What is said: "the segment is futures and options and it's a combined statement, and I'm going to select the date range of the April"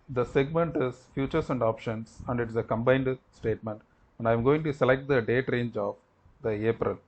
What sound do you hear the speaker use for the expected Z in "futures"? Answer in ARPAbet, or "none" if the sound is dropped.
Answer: S